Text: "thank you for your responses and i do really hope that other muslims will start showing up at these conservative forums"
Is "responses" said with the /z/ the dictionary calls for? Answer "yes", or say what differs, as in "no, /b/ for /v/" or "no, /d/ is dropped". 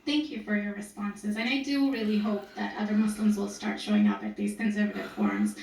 yes